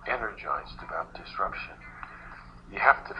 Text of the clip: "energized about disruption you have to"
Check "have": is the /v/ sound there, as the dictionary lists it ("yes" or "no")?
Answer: no